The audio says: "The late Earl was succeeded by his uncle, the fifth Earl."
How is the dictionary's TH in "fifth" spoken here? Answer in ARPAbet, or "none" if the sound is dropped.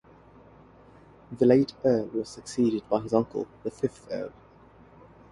TH